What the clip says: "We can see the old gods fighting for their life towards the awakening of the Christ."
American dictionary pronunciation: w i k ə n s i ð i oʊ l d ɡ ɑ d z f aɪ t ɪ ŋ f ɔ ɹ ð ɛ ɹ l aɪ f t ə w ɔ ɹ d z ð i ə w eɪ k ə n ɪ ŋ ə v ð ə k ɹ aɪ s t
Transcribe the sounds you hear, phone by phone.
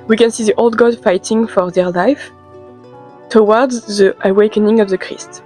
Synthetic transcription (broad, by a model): w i k ə n s i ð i oʊ l d ɡ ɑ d f aɪ t ɪ ŋ f ɔ ɹ ð ɛ ɹ l aɪ f t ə w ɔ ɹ d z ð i ə w eɪ k ə n ɪ ŋ ə v ð ə k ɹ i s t